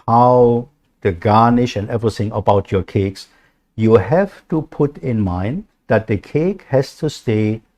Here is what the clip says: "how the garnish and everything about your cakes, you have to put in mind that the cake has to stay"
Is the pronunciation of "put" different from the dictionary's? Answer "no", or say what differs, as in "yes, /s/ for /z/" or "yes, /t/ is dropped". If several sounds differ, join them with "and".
no